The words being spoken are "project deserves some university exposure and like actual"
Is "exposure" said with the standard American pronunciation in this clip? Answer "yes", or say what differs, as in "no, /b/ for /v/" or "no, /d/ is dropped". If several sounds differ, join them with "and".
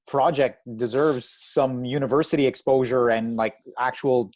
yes